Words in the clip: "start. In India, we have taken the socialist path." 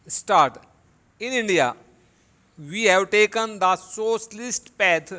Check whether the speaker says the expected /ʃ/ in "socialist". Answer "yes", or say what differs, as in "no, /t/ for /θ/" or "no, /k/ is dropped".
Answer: no, /s/ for /ʃ/